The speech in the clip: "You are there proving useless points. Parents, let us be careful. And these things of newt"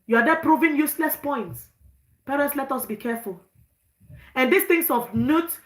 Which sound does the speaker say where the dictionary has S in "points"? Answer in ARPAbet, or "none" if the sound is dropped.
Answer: S